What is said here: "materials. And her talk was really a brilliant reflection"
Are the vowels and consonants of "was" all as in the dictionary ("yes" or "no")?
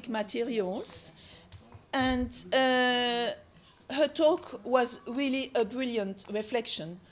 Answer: yes